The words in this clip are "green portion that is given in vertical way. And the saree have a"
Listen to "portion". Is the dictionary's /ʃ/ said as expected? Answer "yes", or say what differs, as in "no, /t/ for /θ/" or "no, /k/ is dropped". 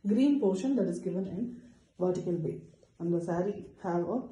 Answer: yes